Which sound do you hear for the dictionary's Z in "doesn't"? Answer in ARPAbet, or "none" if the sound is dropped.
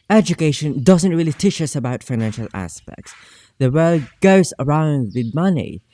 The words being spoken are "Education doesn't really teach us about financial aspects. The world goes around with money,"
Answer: Z